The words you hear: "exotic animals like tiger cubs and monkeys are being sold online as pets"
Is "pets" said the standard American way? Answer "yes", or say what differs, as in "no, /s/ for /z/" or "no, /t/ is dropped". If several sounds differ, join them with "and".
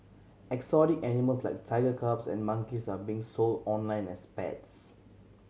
yes